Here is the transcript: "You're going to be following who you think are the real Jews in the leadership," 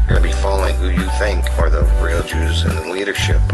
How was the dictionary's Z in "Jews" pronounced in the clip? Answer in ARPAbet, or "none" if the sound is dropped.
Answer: Z